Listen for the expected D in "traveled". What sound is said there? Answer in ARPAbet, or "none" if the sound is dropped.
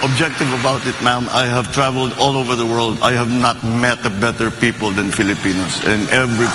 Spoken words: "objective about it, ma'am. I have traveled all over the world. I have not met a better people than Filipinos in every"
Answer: D